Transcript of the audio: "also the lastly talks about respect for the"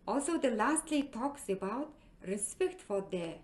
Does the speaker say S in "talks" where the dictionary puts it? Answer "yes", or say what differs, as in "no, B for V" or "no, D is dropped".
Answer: yes